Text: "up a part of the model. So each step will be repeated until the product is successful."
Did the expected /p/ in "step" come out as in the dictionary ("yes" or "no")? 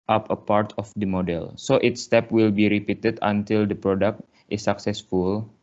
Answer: yes